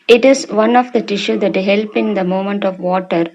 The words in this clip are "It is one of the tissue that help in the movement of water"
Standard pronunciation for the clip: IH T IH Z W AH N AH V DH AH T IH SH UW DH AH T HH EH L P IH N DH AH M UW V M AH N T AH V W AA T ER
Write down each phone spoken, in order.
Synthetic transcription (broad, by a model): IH T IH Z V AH N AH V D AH T IH SH UW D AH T HH EH L P IH N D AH M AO M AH N T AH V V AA T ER